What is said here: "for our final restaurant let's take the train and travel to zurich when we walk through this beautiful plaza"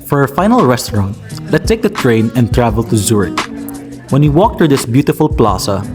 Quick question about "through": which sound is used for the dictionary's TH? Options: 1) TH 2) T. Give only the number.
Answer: 2